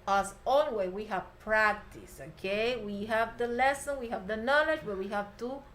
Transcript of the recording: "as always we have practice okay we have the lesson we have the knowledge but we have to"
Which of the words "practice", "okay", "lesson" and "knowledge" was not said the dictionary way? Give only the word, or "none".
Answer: none